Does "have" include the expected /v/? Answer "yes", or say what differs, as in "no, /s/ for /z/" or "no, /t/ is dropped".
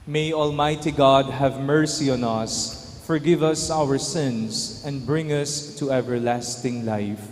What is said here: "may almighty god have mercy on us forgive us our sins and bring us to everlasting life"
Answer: yes